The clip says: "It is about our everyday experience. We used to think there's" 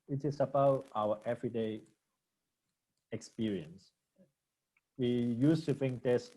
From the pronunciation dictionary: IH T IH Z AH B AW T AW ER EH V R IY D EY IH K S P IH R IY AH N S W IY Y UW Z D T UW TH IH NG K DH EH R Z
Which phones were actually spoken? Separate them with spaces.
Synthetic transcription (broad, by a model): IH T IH S AH B AW T AW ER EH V R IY D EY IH K S P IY R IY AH N S W IY Y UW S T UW F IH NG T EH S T